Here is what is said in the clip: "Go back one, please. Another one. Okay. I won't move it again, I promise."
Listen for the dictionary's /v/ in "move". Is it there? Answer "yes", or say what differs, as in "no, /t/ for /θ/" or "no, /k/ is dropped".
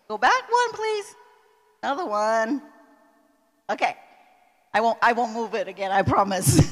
yes